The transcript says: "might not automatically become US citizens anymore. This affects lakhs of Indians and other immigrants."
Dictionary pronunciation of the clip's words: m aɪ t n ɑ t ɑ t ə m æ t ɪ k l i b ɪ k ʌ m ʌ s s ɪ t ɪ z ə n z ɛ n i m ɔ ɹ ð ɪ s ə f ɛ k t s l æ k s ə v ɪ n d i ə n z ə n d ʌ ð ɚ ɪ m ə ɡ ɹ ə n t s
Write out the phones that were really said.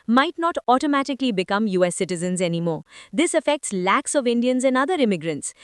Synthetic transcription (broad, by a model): m aɪ t n ɑ t ɑ t ə m æ t ɪ k l i b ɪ k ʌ m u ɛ s ɪ t ɪ z ə n z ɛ n i m ɔ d ɪ s ə f ɛ k t s l æ k s ə v ɪ n d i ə n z ə n d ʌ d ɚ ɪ m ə ɡ ɹ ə n t s